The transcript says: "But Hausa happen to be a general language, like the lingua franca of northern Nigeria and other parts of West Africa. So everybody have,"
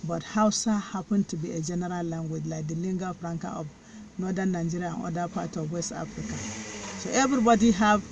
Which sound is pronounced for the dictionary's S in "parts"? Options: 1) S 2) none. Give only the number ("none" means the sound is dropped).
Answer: 2